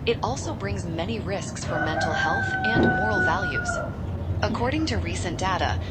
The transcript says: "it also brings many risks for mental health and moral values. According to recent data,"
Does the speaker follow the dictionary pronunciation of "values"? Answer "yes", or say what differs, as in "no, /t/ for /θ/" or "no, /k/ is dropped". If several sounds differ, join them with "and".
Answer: yes